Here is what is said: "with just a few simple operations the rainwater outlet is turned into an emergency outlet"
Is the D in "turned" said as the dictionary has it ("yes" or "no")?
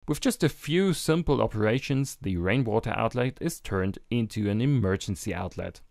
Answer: yes